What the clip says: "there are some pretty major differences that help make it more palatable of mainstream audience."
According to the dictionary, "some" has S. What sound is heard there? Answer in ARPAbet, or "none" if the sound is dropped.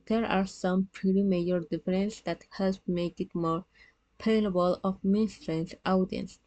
S